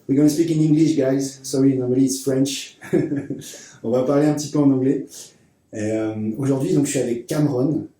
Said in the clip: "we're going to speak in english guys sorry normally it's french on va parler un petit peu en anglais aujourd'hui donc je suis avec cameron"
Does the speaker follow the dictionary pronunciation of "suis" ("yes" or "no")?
no